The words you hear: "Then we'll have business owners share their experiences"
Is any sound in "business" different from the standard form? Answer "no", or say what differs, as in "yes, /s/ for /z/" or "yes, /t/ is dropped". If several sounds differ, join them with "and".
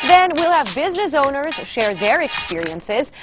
no